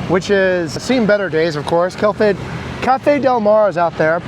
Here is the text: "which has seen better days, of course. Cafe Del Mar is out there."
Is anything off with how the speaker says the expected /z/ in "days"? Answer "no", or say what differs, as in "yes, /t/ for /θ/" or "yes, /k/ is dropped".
no